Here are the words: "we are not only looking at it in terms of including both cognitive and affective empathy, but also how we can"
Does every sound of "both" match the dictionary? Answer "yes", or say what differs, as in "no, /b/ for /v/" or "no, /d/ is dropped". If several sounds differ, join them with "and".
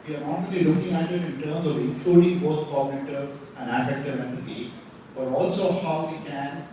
no, /t/ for /θ/